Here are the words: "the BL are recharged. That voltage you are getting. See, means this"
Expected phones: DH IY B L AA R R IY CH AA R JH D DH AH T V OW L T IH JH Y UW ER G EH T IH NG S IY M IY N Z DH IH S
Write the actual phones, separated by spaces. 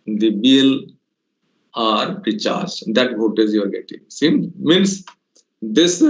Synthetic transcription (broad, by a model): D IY B L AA R R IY CH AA R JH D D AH T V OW T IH Z Y UW ER G EH T IH NG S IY M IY N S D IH S